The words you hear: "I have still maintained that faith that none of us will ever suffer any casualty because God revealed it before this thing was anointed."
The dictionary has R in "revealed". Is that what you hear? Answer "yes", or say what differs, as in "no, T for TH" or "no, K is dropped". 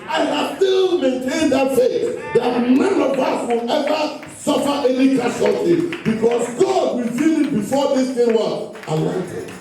no, W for R